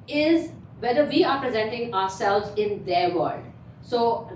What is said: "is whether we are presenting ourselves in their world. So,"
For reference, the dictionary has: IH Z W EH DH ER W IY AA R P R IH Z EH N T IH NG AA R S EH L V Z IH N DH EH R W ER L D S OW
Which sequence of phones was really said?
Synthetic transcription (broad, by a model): IH Z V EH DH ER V IY AA R P R IH Z EH N T IH NG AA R S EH L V Z IH N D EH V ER L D S OW